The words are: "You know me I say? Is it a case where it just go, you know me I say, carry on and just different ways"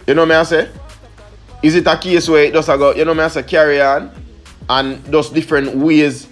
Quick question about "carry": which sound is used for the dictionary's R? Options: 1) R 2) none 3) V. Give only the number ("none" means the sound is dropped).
1